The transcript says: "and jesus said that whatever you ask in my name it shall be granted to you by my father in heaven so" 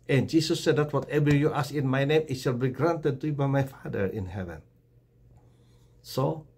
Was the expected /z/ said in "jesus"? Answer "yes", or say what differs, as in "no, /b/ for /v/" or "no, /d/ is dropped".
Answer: no, /s/ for /z/